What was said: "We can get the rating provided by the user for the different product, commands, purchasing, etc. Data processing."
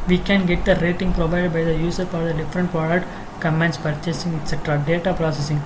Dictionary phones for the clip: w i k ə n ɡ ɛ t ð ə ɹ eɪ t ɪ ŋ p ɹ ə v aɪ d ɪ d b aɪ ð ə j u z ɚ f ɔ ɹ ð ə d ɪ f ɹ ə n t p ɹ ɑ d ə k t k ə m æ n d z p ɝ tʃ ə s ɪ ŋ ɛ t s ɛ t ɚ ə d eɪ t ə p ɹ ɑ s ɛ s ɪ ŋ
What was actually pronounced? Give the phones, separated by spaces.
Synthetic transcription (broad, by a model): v i k ə n ɡ ɛ t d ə ɹ eɪ t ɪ ŋ p ɹ ə v aɪ d ɪ d b aɪ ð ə j u s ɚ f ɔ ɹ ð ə d ɪ f ɹ ə n t p ɹ ɑ d ə k t k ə m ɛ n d s p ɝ tʃ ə s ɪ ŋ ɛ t s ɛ t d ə d eɪ t ə p ɹ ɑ s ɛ s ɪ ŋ